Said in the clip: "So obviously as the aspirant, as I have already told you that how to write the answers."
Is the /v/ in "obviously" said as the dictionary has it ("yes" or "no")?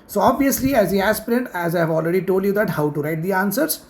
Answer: yes